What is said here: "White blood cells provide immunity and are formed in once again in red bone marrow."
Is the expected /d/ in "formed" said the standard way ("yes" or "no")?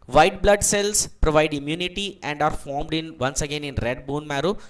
yes